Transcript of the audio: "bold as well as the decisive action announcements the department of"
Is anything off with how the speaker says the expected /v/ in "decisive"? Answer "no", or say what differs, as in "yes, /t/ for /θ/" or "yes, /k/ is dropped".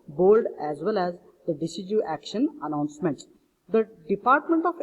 yes, /v/ is dropped